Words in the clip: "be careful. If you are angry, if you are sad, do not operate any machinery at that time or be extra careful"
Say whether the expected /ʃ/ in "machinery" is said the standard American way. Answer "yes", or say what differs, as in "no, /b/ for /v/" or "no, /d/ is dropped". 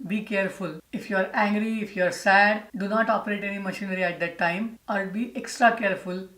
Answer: yes